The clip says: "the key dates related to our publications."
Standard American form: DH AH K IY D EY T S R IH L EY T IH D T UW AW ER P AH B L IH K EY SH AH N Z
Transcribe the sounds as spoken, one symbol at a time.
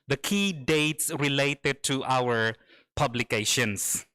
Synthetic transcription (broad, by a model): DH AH K IY D EY T S R IH L EY T IH D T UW AW ER P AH B L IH K EY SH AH N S